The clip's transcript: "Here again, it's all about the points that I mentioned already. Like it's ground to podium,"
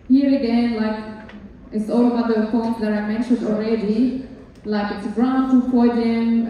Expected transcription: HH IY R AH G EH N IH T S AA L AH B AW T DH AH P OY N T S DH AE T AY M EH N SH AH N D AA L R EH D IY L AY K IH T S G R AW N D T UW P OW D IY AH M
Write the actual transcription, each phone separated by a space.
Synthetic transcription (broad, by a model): HH IY R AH G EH N IH T S AA L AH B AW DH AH F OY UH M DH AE T AY M EH N SH AH N D AA L R EH D IY L AY K IH T S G R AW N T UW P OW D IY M